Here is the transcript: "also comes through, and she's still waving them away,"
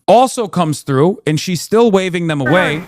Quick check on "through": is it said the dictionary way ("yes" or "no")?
yes